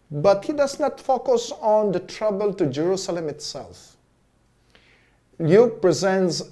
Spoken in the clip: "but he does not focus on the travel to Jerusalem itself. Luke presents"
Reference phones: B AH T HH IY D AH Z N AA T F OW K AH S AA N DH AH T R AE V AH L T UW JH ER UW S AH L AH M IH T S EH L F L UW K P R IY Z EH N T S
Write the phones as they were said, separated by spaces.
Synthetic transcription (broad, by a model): B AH T HH IY D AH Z N AA T F OW K AH S AA N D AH T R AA B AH L T UW JH ER UW S AH L AH M IH T S EH L F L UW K P R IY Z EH N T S